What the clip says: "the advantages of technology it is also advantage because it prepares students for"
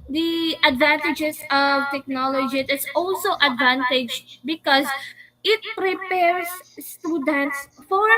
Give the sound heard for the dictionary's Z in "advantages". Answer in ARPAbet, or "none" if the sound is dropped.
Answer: S